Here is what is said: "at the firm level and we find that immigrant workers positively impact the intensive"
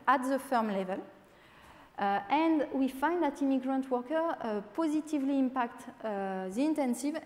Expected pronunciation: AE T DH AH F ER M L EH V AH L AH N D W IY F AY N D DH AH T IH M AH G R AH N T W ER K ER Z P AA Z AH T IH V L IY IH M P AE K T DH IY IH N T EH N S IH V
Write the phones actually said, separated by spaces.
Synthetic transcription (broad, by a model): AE T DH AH F ER M L EH V AH L AH N D W IY F AY N D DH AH T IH M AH G R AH N T W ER K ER P AA Z AH T IH V L IY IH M P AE K T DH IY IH N T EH N S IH V